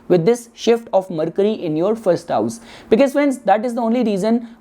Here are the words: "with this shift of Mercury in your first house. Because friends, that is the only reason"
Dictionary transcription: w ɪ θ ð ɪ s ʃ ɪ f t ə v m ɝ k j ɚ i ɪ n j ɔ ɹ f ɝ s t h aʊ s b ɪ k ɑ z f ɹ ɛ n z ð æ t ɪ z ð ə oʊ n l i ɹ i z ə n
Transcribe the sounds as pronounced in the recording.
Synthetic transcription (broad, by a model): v ɪ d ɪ s ʃ ɪ f t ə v m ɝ k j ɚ i ɪ n j ɔ ɹ f ɝ s t h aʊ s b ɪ k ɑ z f ɛ n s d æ t ɪ z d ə oʊ n l i ɹ i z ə n